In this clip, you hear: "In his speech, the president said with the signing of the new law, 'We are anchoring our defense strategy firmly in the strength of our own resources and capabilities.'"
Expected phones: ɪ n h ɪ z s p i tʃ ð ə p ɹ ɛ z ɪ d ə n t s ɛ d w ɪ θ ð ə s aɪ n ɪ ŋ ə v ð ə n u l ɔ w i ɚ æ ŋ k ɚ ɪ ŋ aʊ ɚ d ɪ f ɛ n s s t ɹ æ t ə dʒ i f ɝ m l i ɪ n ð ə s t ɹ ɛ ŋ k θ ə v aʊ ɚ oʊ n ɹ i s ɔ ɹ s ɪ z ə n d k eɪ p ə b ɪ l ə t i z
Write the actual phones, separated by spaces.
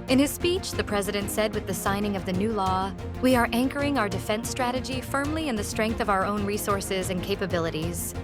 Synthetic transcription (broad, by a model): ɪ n ɪ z s p i tʃ ð ə p ɹ ɛ z ɪ d ə n t s ɛ d w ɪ ð ə s aɪ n ɪ ŋ ə v ð ə n u l ɔ w i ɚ æ ŋ k ɚ ɪ ŋ aʊ ɚ d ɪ f ɛ n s s t ɹ æ t ə dʒ i f ɝ m l i ɪ n ð ə s t ɹ ɛ ŋ k θ ə v aʊ ɚ oʊ n ɹ i s ɔ ɹ s ɪ z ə n k eɪ p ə b ɪ l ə t i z